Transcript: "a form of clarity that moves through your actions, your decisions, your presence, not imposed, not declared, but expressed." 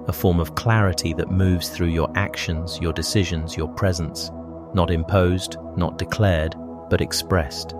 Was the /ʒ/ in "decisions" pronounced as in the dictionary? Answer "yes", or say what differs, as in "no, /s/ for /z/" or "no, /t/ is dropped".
yes